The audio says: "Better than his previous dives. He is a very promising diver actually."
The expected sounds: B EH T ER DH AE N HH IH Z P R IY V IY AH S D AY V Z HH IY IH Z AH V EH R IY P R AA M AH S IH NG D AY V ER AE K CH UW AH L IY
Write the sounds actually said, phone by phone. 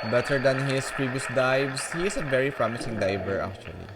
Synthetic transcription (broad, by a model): B EH T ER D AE N HH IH S P R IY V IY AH S D AY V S HH IY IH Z AH V EH R IY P R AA M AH S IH NG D AY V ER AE K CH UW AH L IY